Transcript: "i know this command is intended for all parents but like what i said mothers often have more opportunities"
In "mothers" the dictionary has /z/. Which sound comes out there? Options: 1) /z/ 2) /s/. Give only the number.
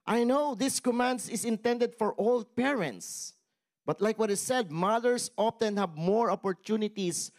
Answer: 2